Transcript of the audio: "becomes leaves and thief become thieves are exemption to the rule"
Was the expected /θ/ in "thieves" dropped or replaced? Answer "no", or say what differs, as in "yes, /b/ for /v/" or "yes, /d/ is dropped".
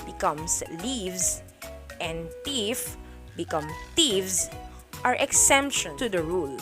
yes, /t/ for /θ/